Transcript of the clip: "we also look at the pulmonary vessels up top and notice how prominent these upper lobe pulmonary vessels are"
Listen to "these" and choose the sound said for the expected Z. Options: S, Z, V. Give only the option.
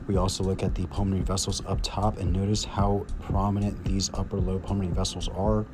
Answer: Z